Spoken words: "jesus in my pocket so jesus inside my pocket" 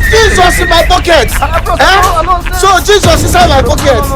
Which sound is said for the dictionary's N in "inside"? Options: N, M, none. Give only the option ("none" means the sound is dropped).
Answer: none